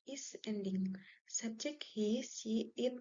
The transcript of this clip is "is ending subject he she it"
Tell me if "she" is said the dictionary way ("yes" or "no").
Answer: no